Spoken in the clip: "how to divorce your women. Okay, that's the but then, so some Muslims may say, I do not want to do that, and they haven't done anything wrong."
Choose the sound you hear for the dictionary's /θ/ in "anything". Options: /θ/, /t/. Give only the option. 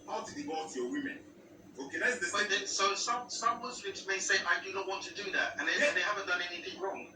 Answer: /θ/